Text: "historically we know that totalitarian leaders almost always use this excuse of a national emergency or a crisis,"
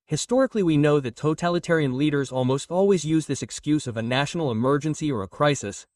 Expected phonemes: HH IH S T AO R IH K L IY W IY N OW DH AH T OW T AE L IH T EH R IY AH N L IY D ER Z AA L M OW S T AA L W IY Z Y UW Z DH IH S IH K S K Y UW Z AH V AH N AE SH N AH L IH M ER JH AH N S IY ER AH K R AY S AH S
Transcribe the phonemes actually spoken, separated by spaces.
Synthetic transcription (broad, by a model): HH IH S T AO R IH K L IY W IY N OW DH AH T OW T AE L IH T EH R IY AH N L IY D ER Z AA L M OW S T AA L W IY Z Y UW Z DH IH S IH K S K Y UW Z AH V AH N AE SH N L IH M ER JH AH N S IY ER AH K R AY S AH S